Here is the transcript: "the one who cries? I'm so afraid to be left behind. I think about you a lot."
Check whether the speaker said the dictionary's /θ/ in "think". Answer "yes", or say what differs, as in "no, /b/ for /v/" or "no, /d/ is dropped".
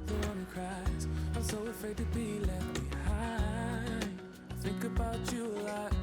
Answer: yes